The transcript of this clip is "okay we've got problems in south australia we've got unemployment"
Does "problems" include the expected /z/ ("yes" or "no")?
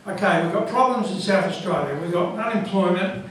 yes